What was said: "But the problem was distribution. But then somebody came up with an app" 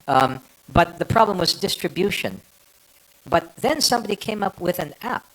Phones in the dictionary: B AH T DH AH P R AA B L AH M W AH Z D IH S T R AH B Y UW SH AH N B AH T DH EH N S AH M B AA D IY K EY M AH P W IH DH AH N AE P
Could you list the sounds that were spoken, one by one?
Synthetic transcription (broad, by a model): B AH T DH AH P R AA B L AH M W AH Z D IH S T R AH B Y UW SH AH N B AH T DH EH N S AH M B AA D IY K EY M AH P W IH DH AH N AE P